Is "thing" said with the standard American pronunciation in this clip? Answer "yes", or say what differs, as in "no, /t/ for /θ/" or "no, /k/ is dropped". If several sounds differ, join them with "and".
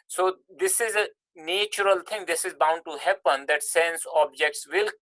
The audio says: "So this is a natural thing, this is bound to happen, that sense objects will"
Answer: no, /t/ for /θ/